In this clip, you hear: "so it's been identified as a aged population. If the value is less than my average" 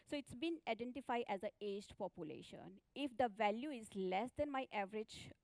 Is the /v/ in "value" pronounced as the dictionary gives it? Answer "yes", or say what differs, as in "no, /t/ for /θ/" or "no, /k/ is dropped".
yes